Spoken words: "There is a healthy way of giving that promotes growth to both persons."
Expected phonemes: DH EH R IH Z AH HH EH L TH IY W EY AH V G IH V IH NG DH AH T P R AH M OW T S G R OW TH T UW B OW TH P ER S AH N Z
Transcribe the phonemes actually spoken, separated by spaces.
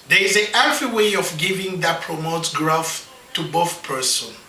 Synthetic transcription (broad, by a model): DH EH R IH Z AH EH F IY W EY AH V G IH V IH NG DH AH T P R AH M OW T S G R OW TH T UW B OW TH P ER S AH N